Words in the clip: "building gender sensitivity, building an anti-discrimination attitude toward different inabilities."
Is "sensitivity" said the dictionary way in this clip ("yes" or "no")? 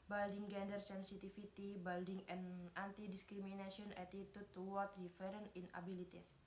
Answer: no